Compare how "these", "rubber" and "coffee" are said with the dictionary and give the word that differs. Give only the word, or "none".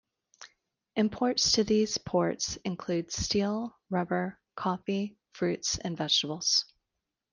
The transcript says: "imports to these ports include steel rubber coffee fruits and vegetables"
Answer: none